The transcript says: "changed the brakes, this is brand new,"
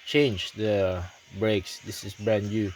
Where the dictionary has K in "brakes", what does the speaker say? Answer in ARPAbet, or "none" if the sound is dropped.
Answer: K